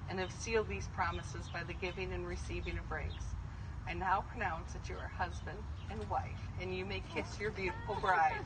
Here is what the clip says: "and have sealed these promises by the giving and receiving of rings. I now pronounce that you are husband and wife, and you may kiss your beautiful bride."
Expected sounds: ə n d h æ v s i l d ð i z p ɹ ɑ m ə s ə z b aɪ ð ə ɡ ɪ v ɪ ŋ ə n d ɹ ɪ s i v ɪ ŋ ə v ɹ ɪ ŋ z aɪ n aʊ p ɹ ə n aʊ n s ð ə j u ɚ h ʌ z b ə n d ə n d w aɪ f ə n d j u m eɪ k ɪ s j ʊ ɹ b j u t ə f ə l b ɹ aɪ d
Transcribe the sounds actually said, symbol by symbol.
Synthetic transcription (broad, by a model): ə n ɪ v s i l d ð i z p ɹ ɑ m ə s ə z b aɪ ð ə ɡ ɪ v ɪ ŋ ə n ɹ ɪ s i v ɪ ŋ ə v ɹ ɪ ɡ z aɪ n aʊ p ɹ ə n aʊ n s ð ə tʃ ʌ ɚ h ʌ z b ə n d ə n w aɪ f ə n j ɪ m eɪ k ɪ s j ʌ ɹ b j u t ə f l b ɹ aɪ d